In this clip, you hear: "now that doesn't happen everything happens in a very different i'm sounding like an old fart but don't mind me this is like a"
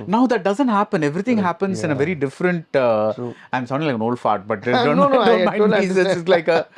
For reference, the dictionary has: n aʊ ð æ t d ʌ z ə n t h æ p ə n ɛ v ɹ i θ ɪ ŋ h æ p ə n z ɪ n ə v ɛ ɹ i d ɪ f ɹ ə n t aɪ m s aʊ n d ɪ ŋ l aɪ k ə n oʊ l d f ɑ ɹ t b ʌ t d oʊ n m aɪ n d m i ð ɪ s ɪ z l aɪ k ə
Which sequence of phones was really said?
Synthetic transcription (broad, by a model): n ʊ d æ t d ʌ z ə n t h æ p ə n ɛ v ɹ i t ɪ ŋ h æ p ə n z ɪ n ə v ɛ ɹ i d ɪ f ɹ ə n t aɪ m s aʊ d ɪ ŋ l aɪ k ə n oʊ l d f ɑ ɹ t b ʌ t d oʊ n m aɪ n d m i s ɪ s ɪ s l aɪ k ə